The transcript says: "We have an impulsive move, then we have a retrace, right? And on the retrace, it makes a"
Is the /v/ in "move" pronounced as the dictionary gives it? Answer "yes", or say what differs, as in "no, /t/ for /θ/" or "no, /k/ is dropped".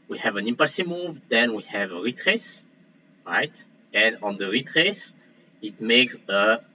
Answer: yes